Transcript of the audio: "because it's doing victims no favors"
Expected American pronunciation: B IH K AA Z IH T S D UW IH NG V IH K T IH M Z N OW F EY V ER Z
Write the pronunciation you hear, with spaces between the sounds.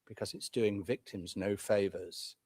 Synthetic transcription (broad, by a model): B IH K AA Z IH T S D UW IH NG V IH K T IH M Z N OW F EY V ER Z